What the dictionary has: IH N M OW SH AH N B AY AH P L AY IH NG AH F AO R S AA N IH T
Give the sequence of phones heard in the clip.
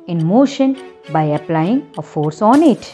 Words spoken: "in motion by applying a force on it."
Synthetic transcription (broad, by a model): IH N M OW SH AH N B AY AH P L AY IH NG AH F AO R S AA N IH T